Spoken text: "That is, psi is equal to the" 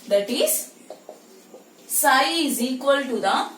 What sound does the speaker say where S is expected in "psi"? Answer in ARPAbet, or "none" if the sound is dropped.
S